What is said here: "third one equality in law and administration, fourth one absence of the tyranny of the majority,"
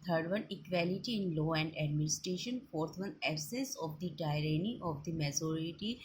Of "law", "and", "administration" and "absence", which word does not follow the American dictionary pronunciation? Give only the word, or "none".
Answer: absence